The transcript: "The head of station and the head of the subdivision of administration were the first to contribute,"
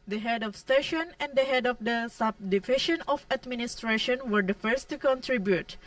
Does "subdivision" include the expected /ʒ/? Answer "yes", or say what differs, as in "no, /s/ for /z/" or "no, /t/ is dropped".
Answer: no, /ʃ/ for /ʒ/